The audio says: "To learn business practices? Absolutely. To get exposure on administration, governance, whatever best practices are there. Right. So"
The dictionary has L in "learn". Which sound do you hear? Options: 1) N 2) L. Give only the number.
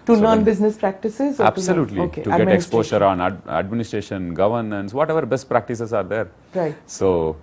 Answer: 1